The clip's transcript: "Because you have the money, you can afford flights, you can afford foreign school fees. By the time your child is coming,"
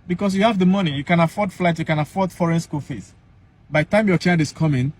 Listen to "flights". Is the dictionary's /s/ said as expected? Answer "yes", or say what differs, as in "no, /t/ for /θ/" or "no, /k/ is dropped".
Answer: no, /s/ is dropped